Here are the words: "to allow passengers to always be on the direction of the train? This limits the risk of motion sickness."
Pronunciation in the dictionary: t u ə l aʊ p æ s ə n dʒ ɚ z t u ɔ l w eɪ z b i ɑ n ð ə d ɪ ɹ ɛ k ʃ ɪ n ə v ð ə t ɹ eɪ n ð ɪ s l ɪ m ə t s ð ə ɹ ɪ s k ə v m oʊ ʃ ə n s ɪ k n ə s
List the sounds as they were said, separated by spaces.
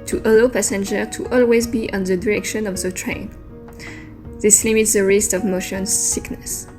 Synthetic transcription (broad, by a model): t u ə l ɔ p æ s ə n dʒ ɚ t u ɔ l w eɪ z b i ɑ n ð ə d ɪ ɹ ɛ k ʃ ɪ n ə v ð ə t ɹ eɪ n ð ɪ s l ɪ m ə t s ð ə ɹ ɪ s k ə v m oʊ ʃ ə n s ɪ k n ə s